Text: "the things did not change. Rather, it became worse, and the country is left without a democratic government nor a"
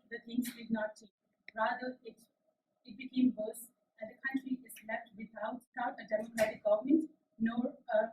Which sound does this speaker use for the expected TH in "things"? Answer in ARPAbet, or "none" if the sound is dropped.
T